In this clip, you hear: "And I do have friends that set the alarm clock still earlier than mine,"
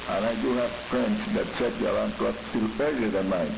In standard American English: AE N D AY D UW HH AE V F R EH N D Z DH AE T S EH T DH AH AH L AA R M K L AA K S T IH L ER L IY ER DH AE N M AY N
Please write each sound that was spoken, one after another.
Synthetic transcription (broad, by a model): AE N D AY D UW HH AE V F R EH N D S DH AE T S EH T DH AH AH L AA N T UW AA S S T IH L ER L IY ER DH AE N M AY